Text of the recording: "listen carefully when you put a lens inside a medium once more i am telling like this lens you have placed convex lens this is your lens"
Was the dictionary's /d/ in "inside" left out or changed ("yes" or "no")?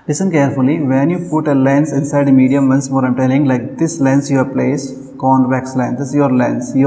no